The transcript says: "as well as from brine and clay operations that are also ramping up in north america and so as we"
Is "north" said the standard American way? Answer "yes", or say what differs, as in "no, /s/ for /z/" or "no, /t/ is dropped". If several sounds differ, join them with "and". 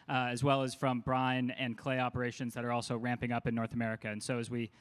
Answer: yes